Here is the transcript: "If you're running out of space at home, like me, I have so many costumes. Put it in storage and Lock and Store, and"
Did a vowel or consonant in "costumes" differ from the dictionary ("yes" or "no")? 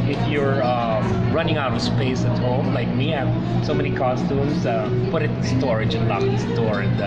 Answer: yes